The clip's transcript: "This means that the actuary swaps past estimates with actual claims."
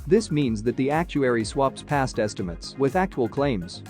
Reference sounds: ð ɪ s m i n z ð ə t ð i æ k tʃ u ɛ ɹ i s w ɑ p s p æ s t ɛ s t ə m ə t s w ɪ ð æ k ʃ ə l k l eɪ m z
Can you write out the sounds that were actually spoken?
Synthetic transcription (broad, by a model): ð ɪ s m i n z ð ə t ð i æ k tʃ u ɛ ɹ i s w ɑ p s p æ s t ɛ s t ə m ə t s w ɪ ð æ k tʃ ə l k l eɪ m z